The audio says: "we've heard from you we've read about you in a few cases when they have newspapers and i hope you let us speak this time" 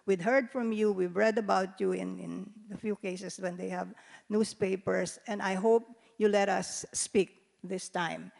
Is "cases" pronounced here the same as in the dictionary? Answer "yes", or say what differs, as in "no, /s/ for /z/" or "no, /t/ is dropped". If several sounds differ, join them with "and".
no, /s/ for /z/